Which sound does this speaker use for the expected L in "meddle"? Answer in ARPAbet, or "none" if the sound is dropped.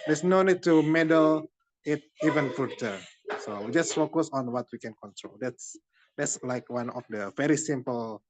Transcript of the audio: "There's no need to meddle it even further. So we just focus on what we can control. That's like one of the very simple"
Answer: L